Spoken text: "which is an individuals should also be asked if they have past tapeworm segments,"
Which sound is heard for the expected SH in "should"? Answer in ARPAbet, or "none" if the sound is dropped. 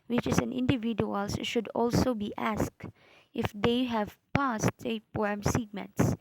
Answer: SH